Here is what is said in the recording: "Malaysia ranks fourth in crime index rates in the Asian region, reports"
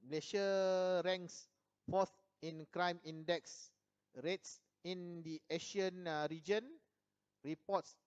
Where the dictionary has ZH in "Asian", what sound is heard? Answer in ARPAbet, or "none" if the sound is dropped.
SH